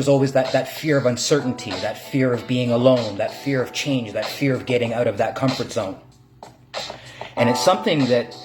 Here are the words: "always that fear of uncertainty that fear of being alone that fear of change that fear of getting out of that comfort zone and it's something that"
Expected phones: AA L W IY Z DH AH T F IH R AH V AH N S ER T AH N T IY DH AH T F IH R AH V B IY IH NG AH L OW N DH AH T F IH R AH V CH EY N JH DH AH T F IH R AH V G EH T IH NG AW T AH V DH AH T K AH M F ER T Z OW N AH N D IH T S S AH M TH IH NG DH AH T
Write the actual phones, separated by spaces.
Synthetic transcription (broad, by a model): AA L W IY Z DH AH T F IH R AH V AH N S ER T N T IY DH AH T F IH R AH V B IY IH NG AH L OW N DH AH T F IH R AH V CH EY N JH DH AH T F IH R AH V G EH T IH NG AW T AH V DH AH T K AH M F ER T Z OW N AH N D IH T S S AH M TH IH NG DH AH T